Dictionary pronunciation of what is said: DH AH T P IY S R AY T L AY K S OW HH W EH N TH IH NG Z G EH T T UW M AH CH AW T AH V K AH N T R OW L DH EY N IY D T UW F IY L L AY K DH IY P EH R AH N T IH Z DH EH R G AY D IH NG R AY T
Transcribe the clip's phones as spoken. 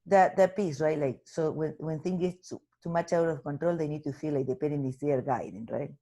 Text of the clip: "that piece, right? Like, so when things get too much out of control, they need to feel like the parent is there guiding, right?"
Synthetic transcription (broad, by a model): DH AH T P IY S R AY T L AY K S OW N W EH N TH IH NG G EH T T UW M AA CH AW T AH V K AH N T R OW L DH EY N IY D T UW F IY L L AY K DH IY P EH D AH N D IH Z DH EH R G AY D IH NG R AY T